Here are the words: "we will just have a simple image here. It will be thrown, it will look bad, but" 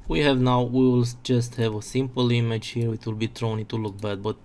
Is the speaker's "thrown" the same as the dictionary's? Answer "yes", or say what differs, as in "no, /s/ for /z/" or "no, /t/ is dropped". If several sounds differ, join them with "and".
no, /t/ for /θ/